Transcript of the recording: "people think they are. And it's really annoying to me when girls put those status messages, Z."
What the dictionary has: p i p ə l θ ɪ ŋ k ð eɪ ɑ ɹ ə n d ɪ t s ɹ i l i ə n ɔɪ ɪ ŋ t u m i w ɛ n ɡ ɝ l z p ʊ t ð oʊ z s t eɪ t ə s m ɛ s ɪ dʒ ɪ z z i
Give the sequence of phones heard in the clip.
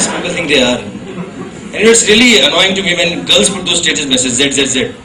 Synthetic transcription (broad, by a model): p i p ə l t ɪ ŋ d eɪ ɑ ɹ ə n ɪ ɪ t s ɹ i l i ə n ɔɪ ɪ ŋ t u m i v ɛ n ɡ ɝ l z p ʊ t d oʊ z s t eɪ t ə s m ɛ s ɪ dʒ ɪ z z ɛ